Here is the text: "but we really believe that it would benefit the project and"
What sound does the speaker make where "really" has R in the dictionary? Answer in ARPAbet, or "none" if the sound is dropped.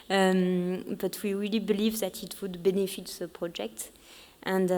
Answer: R